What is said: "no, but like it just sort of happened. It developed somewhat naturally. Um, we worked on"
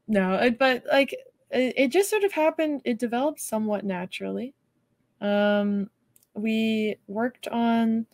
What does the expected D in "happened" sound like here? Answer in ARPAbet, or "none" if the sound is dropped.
D